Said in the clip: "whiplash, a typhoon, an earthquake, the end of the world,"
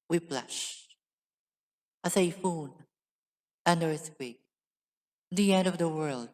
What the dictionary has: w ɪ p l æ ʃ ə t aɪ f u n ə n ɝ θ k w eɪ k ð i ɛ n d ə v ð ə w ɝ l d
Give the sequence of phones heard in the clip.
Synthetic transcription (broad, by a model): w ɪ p l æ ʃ ə s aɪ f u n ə n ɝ s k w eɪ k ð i ɛ n d ə v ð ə w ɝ l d